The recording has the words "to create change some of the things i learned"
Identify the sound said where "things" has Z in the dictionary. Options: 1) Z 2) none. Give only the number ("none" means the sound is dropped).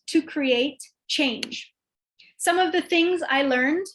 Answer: 1